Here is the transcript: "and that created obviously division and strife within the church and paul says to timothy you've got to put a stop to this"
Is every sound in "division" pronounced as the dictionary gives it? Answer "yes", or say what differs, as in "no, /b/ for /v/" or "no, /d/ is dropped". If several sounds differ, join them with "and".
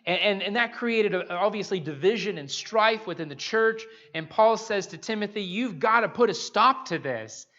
yes